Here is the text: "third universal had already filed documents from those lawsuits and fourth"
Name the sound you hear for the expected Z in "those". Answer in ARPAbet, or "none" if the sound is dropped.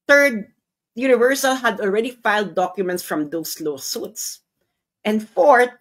S